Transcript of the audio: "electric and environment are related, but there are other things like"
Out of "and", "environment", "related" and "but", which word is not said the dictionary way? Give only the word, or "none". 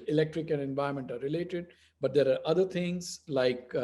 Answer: environment